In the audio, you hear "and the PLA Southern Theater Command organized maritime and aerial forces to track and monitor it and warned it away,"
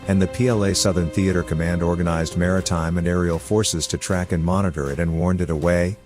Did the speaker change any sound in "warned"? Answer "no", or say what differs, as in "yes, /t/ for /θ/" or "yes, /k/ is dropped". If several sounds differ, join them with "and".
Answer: no